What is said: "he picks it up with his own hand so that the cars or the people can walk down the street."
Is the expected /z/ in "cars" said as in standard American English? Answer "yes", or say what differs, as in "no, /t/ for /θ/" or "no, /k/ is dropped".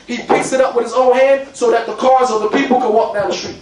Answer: yes